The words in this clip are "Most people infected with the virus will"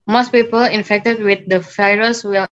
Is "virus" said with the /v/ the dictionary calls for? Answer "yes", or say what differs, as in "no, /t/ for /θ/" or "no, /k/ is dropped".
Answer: no, /f/ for /v/